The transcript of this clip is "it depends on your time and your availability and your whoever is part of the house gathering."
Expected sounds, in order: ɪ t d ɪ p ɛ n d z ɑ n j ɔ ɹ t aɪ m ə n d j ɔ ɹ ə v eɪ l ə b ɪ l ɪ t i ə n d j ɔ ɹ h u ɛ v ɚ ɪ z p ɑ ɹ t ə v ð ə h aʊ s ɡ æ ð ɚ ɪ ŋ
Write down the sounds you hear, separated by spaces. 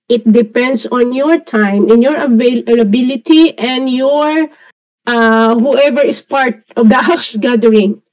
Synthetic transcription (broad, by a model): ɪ t d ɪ p ɛ n d s ɑ n j ɔ ɹ t aɪ m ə n j ɔ ɹ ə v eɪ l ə b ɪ l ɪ t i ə n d j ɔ ɹ h u ɛ v ɚ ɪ s p ɑ ɹ t ə v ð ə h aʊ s ɡ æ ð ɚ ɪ ŋ